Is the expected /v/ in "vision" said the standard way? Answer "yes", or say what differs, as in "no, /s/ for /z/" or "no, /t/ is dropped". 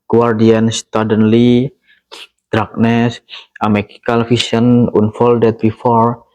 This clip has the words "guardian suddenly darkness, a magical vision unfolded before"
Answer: no, /f/ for /v/